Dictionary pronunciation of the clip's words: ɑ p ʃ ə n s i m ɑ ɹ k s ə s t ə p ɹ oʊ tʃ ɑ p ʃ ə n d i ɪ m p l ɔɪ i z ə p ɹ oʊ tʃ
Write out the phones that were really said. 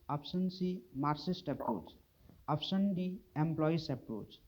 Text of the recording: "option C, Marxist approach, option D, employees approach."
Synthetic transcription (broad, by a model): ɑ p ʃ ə n s i m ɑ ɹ s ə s t ə p ɹ oʊ tʃ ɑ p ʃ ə n d i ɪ m p l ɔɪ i s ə p ɹ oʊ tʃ